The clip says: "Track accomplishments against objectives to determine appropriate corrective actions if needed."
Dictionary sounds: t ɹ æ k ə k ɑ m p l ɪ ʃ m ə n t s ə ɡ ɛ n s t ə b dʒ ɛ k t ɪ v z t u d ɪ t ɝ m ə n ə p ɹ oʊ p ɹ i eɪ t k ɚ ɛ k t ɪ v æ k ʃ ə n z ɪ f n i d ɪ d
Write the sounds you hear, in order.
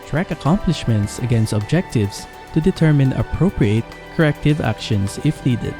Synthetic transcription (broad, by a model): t ɹ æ k ə k ɑ m p l ɪ ʃ m ə n t s ə ɡ ɛ n s t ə b dʒ ɛ k t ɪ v s t u d ɪ t ɝ m ə n ə p ɹ oʊ p ɹ i eɪ t k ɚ ɛ k t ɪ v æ k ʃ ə n s ɪ f n i d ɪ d